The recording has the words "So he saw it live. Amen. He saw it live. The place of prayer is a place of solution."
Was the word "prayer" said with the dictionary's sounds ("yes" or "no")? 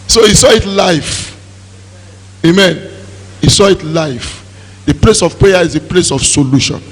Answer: no